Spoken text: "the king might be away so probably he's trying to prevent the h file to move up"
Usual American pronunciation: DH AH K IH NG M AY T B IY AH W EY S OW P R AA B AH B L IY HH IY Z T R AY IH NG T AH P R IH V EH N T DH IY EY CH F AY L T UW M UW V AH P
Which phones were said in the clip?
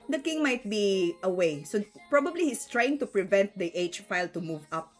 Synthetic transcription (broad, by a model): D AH K IH NG M AY T B IY AH W EY S OW P R AA B AH B L IY HH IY S T R AY IH NG T AH P R IH V EH N T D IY EY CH F AY L T UW M UW V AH P